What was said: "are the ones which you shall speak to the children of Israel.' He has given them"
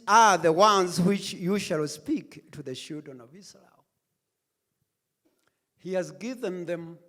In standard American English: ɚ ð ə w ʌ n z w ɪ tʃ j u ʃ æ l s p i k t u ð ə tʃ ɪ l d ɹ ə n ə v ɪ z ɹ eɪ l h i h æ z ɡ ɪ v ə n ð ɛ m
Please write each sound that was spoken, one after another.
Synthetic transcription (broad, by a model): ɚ ð ə w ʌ n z w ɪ tʃ j u ʃ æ l s p i k t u ð ə ʃ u d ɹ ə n ə v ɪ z ɹ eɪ l h i h æ z ɡ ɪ v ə n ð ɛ m